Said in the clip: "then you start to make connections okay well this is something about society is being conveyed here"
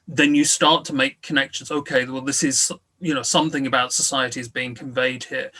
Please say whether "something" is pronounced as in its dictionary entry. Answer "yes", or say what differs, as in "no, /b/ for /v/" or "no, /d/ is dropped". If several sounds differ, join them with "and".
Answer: yes